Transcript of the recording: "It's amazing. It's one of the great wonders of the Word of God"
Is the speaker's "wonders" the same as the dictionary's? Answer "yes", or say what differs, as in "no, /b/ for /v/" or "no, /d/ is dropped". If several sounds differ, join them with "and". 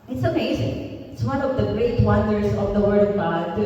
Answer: no, /s/ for /z/